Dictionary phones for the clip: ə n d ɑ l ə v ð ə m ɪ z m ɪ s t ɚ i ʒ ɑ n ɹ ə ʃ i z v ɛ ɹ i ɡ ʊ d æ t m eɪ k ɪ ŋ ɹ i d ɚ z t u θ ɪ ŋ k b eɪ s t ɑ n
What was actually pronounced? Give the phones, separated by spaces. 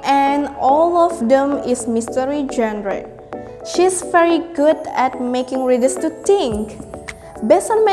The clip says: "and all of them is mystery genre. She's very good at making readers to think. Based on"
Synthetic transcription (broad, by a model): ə n ɑ l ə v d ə m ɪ s m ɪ s t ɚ i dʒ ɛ n ɹ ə ʃ i s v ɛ ɹ i ɡ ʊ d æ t m eɪ k ɪ ŋ ɹ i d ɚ s t u t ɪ ŋ k b eɪ s t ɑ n